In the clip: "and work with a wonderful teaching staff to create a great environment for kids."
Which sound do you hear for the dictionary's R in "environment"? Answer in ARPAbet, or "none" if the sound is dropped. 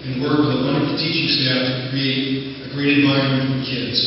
none